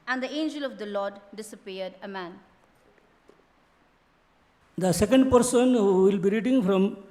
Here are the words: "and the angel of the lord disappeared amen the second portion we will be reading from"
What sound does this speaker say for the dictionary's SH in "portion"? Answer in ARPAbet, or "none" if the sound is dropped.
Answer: S